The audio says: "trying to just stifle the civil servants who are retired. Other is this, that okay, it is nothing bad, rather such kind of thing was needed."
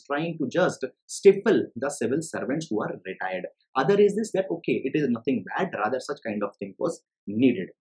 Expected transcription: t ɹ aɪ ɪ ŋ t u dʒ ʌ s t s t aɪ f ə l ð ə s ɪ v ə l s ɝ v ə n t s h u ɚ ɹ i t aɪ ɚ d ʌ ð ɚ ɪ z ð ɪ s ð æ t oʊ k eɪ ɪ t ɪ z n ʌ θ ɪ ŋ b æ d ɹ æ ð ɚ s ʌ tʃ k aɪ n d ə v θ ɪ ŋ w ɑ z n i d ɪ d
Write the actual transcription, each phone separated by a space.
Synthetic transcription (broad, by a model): t ɹ aɪ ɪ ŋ t u dʒ ʌ s t s t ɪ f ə l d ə s ɪ v ə l s ɝ v ə n t s h u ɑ ɹ i t aɪ ɚ d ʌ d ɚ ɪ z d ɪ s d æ t oʊ k eɪ ɪ t ɪ z n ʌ t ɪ ŋ b æ d ɹ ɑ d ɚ s ʌ tʃ k aɪ n d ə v t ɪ ŋ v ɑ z n i d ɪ d